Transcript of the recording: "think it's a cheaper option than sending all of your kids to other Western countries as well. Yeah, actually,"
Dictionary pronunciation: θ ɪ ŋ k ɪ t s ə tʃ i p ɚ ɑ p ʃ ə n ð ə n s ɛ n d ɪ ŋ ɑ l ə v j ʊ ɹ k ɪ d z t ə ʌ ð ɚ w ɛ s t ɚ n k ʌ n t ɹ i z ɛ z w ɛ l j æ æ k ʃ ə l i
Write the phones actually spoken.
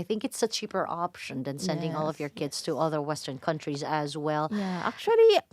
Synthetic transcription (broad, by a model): θ ɪ ŋ k ɪ t s ə tʃ i p ɚ ɑ p ʃ ə n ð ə n s ɛ n d ɪ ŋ ɑ l ə v j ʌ ɹ k ɪ d z t ə ʌ ð ɚ w ɛ s t ɚ n k ʌ n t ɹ i z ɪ z w ɛ l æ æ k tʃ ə l i